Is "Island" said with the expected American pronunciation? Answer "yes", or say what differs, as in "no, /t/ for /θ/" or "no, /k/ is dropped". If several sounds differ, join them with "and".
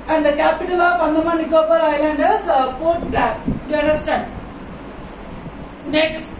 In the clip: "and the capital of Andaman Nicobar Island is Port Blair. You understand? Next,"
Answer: yes